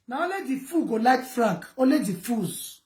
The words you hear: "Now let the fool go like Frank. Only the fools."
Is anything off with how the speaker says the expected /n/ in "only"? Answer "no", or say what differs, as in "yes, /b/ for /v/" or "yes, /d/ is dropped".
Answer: yes, /n/ is dropped